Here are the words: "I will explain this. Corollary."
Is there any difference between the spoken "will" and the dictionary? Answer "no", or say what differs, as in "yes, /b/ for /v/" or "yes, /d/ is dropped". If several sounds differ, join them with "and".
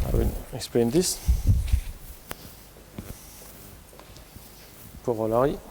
yes, /n/ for /l/